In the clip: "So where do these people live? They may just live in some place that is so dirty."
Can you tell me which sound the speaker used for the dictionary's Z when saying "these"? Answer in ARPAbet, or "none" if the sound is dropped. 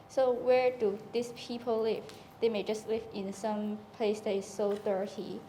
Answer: S